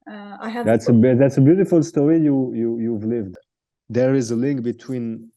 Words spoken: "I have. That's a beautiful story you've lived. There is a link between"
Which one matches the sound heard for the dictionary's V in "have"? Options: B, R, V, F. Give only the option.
B